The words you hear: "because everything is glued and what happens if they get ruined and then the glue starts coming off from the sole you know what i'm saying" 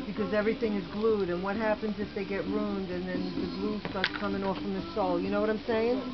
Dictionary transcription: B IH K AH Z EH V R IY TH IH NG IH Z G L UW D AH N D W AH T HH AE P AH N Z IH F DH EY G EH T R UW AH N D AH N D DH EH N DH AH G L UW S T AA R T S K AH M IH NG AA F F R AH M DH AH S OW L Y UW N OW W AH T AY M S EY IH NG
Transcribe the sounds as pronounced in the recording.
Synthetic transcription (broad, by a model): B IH K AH Z EH V R IY TH IH NG IH Z G L UW D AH N W AH T HH AE P AH N Z IH F DH EY G EH T R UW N D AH N DH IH N DH AH G L UW S T AA R T S K AH M IH NG AA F F R AH M DH AH S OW L Y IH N OW W AH T AY M S EY IH NG